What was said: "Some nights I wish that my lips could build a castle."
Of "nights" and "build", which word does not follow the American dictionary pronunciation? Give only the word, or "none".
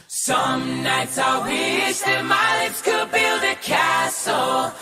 none